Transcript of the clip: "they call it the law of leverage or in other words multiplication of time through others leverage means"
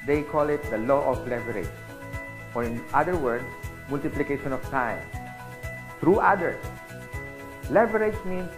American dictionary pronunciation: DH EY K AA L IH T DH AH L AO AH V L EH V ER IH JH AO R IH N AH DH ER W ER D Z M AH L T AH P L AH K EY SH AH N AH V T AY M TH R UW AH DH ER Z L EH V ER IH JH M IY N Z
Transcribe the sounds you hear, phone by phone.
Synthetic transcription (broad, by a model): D EY K AA L IH T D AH L AO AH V L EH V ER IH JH AO R IH N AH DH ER W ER D S M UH L T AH P L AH K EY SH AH N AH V T AY M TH R UW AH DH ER S L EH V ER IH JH M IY N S